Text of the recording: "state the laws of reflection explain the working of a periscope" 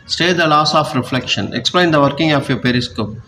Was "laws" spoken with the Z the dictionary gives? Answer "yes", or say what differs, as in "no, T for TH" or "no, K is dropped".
no, S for Z